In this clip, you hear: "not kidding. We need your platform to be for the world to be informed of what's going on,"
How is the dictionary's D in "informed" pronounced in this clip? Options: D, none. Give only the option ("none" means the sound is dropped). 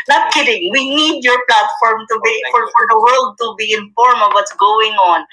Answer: none